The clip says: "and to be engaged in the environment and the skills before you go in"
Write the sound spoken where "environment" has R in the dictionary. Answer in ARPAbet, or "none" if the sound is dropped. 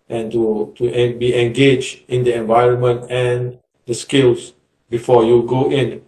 R